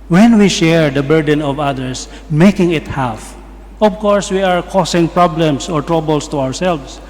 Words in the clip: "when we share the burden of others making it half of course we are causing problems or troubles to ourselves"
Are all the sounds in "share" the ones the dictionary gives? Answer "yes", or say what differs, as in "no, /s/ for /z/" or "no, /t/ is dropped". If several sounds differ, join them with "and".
yes